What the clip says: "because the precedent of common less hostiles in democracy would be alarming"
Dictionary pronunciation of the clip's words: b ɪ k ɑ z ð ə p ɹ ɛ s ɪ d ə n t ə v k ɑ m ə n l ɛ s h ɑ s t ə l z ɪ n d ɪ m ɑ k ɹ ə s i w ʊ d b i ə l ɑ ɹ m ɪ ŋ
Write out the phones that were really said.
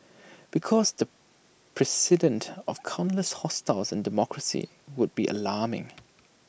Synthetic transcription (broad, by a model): b ɪ k ɑ z ð ə p ɹ ɛ s ɪ d ə n t ə v k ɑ ə n l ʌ s h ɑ s t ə l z ɪ n d ɪ m ɑ k ɹ ə s i w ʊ d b i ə l ɑ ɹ m ɪ ŋ